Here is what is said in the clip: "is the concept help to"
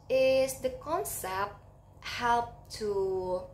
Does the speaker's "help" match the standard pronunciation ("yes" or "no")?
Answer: yes